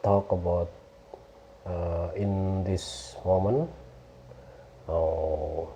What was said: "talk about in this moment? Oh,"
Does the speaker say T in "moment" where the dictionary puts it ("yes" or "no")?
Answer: no